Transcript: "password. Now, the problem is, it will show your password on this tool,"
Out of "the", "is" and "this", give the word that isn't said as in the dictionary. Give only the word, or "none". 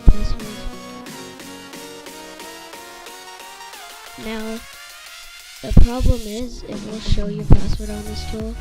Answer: none